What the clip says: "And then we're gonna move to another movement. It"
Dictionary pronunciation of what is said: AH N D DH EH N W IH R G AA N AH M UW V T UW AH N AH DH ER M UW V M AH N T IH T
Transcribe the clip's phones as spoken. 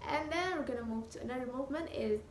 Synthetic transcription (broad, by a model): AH N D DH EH N W IH R G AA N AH M UW V T UW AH N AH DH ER M UW V M AH N T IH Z